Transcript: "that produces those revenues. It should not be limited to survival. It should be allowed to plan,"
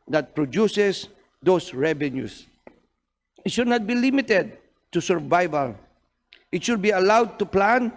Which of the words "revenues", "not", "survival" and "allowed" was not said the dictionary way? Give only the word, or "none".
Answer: revenues